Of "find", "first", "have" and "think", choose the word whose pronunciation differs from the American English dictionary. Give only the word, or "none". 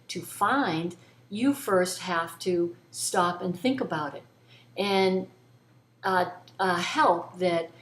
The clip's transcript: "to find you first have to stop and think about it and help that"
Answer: have